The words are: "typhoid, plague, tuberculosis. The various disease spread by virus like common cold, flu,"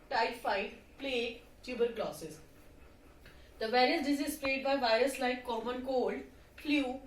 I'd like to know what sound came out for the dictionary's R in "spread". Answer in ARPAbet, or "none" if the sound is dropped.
L